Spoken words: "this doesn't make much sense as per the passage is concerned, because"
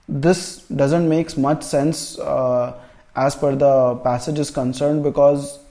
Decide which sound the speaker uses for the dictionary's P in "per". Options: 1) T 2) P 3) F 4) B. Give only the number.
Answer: 3